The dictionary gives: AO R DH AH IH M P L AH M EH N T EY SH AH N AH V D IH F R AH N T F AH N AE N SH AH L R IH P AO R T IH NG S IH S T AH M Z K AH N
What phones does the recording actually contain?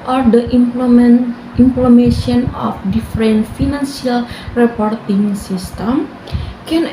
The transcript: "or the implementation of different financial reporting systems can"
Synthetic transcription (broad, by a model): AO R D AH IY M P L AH M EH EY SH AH N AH F D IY F R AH N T F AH N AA N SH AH L R IH P AO R T IH NG S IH S T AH M K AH N